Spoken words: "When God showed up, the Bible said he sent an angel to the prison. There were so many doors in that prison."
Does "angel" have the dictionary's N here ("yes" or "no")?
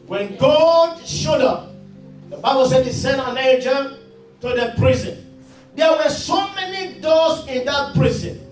no